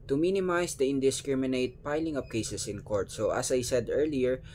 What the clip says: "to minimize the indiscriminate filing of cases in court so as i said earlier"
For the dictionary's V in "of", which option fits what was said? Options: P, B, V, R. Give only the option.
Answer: P